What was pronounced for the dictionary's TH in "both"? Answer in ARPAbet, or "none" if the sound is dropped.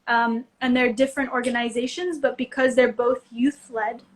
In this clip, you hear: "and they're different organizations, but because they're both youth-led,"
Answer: TH